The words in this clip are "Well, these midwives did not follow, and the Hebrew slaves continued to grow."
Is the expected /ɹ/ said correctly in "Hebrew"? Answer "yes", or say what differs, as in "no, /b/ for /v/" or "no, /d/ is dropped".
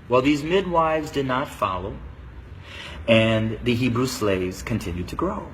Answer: yes